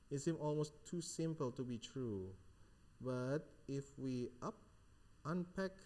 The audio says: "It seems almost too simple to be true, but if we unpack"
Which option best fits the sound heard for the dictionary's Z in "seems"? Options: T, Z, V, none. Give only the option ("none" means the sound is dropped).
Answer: none